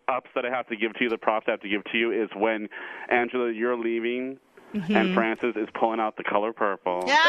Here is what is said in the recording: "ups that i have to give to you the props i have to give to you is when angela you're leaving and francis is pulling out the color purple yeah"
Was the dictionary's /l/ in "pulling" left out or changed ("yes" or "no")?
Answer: no